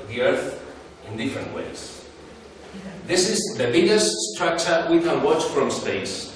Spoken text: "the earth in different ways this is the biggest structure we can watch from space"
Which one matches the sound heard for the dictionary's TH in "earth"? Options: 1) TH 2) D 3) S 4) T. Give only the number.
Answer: 1